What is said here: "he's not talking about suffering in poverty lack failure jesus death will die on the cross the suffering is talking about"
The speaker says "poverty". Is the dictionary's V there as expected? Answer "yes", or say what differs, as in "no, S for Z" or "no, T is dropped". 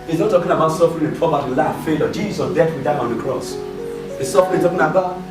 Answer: no, B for V